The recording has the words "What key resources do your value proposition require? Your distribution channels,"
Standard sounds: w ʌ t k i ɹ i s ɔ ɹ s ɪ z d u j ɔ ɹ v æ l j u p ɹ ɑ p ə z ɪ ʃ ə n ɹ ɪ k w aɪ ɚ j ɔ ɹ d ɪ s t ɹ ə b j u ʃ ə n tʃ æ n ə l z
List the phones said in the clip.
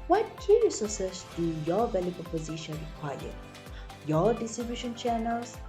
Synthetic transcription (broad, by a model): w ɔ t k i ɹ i s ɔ s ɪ s d u j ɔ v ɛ l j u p ɑ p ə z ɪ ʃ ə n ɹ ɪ k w aɪ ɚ j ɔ d ɪ s t ɹ ə b j u ʃ ə n tʃ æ n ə l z